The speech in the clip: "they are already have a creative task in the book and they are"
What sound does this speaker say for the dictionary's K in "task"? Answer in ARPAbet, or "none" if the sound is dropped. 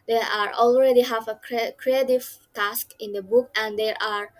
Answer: K